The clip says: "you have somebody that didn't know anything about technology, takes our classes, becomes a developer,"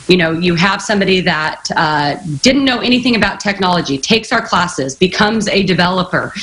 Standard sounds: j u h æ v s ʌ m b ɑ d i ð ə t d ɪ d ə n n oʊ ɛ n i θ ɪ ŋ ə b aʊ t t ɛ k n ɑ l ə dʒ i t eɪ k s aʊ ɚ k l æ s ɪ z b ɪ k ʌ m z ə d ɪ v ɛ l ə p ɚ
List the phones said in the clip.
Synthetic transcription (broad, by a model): j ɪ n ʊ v s ʌ m b ɑ d i ð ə t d ɪ d n n oʊ ɛ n i θ ɪ ŋ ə b aʊ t t ɛ k n ɑ l ə dʒ i t eɪ k s aʊ ɚ k l æ s ɪ z b ɪ k ʌ m z ə d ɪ v ɛ l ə p ɚ